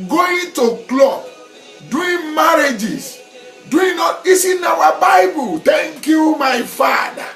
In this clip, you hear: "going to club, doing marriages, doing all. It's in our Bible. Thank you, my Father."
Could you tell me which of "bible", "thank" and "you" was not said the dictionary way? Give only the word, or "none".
thank